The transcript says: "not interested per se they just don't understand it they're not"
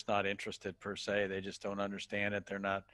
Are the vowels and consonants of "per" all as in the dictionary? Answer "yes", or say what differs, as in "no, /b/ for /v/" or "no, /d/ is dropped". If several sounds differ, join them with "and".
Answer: yes